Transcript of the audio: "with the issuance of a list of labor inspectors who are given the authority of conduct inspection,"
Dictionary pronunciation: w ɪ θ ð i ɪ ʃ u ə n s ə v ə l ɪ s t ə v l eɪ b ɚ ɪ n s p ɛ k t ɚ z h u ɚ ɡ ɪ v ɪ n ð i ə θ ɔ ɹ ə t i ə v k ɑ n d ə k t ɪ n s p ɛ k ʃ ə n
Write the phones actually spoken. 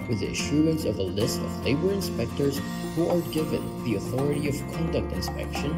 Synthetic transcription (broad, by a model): w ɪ ð i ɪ ʃ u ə n s ə v ə l ɪ s t ə v l eɪ b ɚ ɪ n s p ɛ k t ɚ z h u ɚ ɡ ɪ v ɪ n ð i ə θ ɔ ɹ ə t i ə v k ɑ n d ə k t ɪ n s p ɛ k ʃ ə n